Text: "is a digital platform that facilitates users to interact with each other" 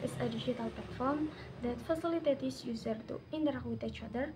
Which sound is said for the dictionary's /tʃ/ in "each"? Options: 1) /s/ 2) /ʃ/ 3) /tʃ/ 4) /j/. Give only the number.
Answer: 3